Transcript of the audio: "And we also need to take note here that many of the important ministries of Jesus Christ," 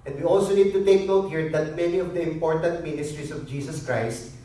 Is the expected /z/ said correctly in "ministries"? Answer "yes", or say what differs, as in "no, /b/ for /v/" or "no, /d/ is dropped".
no, /s/ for /z/